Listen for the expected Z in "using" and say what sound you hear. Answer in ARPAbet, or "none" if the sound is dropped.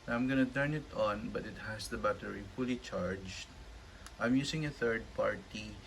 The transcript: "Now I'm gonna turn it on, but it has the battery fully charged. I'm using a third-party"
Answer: S